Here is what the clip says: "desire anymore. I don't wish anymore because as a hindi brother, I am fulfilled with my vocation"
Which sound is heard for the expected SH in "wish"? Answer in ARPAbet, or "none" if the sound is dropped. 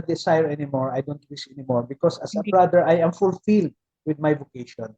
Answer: S